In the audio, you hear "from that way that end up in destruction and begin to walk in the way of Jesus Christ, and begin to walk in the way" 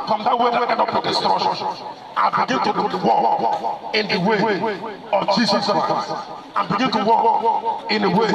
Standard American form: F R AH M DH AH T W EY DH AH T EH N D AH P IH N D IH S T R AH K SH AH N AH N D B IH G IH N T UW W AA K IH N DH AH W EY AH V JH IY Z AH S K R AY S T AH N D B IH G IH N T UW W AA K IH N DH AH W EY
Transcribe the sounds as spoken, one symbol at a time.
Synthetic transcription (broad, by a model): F R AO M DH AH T W EY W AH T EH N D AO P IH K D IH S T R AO SH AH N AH B IH G IH N T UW W AA K IH N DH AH W EY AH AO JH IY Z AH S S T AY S AH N B IH G IH N T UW W AA K IH N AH W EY